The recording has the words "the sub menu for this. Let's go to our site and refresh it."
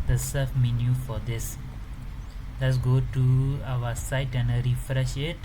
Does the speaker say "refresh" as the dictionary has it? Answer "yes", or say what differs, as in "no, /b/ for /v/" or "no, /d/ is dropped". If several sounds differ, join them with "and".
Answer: yes